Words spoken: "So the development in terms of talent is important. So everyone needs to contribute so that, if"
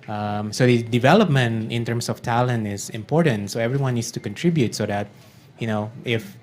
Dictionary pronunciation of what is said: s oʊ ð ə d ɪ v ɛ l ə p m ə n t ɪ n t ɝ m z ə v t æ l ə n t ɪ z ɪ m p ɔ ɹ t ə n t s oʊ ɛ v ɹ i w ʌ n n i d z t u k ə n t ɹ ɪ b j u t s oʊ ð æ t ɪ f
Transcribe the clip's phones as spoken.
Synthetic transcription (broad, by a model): s oʊ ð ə d ɪ v ɛ l ə p m ə n t ɪ n t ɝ m s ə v t æ l ə n t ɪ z ɪ m p ɔ ɹ t ə n t s oʊ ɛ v ɹ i w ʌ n n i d s t u k ə n t ɹ ɪ b j u t s oʊ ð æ t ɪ f